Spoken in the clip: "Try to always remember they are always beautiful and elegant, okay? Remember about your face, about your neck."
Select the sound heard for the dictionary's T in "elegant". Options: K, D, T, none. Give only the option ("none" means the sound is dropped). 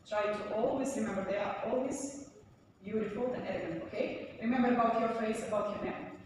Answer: none